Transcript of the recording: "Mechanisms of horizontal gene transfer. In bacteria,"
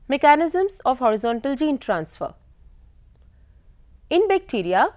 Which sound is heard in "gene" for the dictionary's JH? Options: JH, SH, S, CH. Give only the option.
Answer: JH